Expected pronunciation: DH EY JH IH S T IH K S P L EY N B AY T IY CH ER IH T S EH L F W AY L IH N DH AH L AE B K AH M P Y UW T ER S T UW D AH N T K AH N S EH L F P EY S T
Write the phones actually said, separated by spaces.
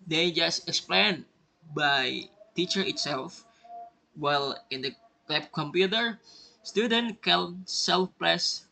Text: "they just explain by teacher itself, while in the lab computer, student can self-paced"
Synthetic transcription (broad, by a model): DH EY JH IH S T IH K S P L EY N B AY T IY CH ER IH T S EH L F W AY L IH N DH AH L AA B K AH M P Y UW T ER S T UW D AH N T K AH L S EH L F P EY S